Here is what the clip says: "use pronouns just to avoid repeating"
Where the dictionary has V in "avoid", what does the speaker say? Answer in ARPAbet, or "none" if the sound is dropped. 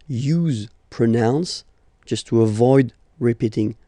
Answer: V